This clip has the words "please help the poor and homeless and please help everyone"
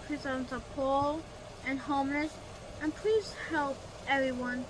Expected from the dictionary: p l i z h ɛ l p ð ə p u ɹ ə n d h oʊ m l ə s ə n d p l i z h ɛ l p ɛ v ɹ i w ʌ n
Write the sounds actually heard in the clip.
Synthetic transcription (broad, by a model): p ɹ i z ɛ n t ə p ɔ l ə n h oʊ m l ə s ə n p l i z h ɛ l p ɛ v ɹ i w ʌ n